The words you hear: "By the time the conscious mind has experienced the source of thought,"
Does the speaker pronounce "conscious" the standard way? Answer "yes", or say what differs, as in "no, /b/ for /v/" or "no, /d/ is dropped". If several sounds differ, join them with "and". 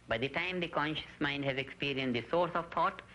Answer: yes